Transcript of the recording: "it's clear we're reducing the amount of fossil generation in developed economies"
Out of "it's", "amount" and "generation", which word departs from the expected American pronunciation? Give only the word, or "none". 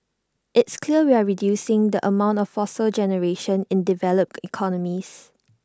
none